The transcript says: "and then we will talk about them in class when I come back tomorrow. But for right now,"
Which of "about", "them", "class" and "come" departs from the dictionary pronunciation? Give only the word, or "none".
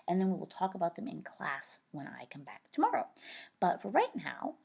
none